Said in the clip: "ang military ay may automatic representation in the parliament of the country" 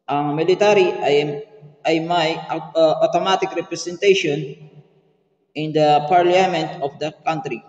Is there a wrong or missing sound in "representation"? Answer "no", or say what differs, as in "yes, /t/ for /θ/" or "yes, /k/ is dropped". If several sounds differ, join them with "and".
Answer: yes, /s/ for /z/